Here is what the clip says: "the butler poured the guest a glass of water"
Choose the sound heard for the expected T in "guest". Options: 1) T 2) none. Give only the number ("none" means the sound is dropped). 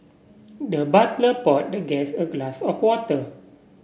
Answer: 2